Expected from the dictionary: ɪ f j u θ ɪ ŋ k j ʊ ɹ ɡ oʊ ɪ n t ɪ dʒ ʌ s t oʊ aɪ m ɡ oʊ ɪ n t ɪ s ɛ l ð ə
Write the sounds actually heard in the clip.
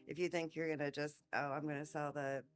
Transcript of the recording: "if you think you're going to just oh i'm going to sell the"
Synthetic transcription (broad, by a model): ɪ f j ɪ θ ɪ ŋ k j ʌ ɹ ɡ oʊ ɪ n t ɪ dʒ ʌ s t oʊ aɪ m ɡ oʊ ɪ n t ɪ s ɛ l ð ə